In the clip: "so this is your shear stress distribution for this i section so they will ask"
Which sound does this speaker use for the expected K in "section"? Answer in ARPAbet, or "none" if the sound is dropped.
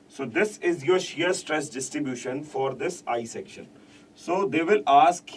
K